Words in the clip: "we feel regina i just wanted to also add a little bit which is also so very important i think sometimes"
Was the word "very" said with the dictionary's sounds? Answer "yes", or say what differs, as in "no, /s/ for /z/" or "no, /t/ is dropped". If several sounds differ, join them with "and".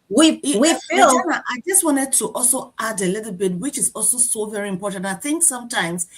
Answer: yes